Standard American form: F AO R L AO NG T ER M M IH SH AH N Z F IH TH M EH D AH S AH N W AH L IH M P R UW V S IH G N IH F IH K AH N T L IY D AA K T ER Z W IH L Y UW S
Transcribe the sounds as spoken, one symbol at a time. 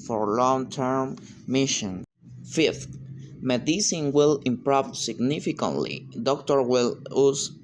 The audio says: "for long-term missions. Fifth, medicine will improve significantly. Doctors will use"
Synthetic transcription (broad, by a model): F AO R L AO NG T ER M M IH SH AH N F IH F M EH D AH S AH N W AH L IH M P R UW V S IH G N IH F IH K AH N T L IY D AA K T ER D W IH L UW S